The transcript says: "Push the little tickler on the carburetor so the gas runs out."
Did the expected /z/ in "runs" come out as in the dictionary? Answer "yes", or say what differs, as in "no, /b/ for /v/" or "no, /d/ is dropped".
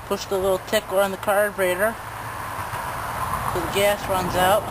yes